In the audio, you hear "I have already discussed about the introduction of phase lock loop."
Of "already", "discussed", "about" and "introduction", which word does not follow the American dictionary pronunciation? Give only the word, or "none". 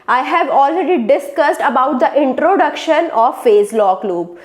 none